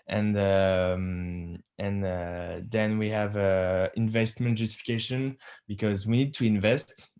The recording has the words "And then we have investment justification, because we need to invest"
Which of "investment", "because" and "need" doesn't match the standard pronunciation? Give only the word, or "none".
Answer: none